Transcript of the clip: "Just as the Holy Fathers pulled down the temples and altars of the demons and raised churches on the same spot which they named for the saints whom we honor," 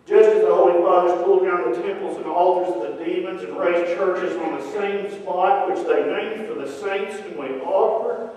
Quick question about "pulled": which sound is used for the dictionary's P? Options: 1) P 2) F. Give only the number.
2